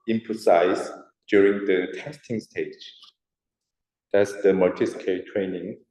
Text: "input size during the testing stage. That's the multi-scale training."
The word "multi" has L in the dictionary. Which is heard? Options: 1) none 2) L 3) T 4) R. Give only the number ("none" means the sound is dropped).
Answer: 1